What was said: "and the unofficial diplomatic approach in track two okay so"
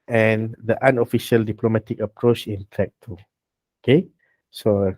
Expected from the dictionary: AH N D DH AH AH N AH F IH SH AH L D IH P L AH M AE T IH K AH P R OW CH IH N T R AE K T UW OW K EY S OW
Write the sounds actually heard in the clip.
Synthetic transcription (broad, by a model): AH N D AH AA N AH F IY SH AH L D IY P L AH M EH T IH K AH P R OW CH IH N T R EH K T UW OW K EY S OW